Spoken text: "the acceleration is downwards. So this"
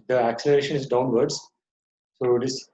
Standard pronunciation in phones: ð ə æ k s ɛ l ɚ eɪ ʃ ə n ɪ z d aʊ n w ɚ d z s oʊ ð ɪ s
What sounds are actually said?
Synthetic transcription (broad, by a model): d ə æ k s ɛ l ɚ eɪ ʃ ə n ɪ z d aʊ n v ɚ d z s oʊ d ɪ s